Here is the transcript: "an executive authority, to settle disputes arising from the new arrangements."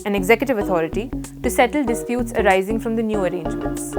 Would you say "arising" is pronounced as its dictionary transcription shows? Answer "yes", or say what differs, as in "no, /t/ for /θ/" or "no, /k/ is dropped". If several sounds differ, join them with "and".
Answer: yes